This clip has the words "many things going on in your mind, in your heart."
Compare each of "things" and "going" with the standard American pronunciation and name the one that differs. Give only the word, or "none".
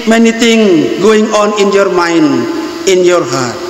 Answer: things